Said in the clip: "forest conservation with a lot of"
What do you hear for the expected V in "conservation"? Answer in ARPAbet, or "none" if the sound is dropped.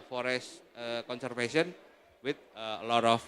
F